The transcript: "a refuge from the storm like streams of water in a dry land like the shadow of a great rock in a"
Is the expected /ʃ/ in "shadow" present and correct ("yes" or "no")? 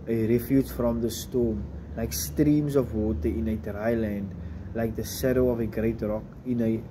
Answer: no